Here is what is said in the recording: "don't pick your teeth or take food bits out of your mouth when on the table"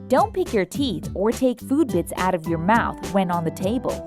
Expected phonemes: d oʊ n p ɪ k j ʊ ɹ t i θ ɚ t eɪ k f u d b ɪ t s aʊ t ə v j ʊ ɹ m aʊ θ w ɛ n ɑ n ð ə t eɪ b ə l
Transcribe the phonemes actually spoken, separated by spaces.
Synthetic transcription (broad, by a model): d oʊ n p ɪ k j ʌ ɹ t i θ ɚ t eɪ k f u d b ɪ t s aʊ t ə v j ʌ ɹ m aʊ θ w ɛ n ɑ n ð ə t eɪ b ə l